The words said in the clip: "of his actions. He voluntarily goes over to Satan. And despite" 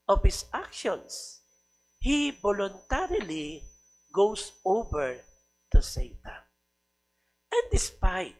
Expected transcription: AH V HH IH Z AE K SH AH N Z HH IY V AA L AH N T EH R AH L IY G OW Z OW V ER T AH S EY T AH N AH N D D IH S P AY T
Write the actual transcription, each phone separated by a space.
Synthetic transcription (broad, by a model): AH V HH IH S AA K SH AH N S HH IY B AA L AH N T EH R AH L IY G OW S OW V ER T AH S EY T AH AH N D D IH S P AY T